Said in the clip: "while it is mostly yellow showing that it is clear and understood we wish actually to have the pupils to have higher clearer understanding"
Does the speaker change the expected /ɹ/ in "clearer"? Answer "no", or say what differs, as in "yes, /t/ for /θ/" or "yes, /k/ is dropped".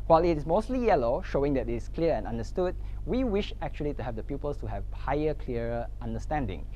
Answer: yes, /ɹ/ is dropped